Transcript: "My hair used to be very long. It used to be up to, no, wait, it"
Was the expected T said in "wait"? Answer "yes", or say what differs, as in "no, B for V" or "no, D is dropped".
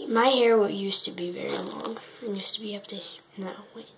no, T is dropped